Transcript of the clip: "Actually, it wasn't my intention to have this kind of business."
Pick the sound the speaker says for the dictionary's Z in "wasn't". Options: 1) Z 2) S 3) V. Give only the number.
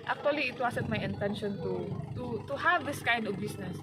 2